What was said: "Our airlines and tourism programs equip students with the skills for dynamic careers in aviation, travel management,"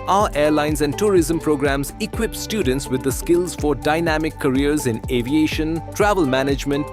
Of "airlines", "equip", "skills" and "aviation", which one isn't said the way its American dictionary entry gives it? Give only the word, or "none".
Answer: none